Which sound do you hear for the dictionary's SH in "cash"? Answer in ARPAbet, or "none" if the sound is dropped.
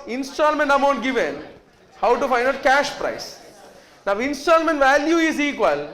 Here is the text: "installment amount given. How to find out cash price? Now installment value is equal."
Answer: SH